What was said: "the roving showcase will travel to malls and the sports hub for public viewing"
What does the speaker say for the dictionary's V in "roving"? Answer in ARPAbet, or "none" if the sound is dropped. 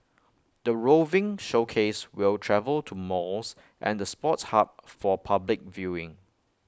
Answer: V